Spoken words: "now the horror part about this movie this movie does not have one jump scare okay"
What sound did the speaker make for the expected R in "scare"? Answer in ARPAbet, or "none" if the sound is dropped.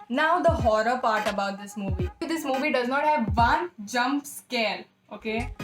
L